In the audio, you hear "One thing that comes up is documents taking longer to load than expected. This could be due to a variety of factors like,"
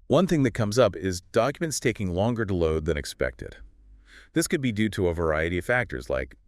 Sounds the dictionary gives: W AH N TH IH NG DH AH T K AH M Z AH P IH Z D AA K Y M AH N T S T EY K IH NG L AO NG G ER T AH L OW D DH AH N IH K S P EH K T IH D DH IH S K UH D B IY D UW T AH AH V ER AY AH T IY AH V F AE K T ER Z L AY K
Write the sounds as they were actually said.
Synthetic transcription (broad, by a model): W AH N TH IH NG DH AH T K AH M Z AH P IH Z D AA K Y M AH N T S T EY K IH NG L AO NG G ER T AH L OW D DH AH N IH K S P EH K T IH D DH IH S K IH D B IY D UW T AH AH V ER AY AH T IY AH V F AE K T ER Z L AY K